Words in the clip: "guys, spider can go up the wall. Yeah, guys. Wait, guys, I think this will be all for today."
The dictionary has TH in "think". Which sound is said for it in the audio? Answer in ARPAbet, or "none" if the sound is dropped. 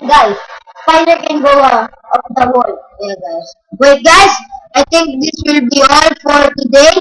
T